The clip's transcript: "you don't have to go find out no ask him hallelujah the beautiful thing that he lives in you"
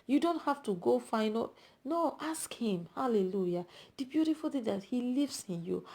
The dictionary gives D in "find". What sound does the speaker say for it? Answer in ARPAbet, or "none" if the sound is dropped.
none